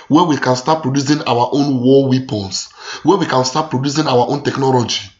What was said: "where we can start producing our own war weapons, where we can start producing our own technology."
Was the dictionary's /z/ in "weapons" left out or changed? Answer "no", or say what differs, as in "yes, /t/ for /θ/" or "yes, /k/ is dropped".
yes, /s/ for /z/